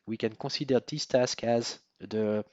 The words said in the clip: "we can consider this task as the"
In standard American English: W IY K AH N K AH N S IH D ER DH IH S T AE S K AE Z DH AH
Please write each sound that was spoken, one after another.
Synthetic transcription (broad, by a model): W IY K AH N K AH S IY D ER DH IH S T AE S K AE Z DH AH